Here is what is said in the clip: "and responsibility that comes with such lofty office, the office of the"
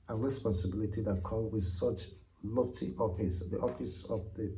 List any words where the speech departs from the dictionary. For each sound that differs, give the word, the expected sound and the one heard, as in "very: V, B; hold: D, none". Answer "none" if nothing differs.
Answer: comes: Z, none